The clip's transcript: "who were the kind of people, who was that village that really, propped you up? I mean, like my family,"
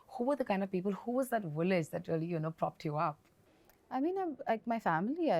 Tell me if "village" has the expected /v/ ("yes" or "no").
no